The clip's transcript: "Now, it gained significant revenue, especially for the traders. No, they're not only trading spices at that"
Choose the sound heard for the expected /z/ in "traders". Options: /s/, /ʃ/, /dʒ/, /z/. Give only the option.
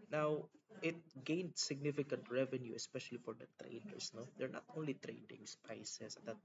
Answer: /s/